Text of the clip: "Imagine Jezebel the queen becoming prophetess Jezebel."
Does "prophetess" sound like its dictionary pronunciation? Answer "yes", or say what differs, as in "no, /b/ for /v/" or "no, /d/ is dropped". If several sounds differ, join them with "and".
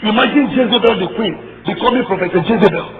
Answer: no, /s/ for /t/